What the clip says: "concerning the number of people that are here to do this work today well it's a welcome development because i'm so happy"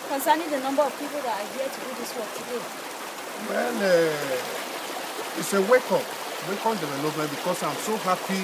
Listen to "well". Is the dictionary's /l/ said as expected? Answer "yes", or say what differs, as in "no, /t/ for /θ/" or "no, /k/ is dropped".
no, /n/ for /l/